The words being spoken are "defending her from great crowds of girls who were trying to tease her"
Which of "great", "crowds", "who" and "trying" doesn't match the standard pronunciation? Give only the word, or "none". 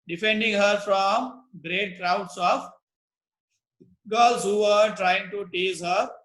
crowds